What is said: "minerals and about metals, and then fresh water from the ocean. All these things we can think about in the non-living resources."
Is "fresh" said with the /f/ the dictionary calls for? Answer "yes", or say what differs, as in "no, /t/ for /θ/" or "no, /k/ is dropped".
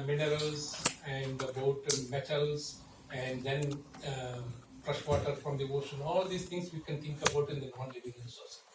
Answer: no, /p/ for /f/